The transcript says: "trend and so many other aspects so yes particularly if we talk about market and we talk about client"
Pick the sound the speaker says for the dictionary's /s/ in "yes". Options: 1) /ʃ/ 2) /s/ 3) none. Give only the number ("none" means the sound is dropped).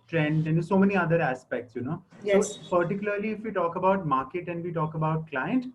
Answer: 3